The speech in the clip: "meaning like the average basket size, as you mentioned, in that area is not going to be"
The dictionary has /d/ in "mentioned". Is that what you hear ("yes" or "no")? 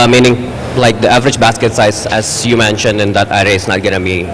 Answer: yes